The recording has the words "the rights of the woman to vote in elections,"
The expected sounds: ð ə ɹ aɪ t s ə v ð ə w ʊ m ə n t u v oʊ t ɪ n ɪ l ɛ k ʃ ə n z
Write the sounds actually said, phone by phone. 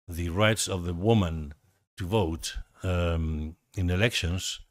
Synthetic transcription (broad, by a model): ð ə ɹ aɪ t s ə v ð ə w ʊ m ə n t u v oʊ t ɪ n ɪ l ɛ k ʃ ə n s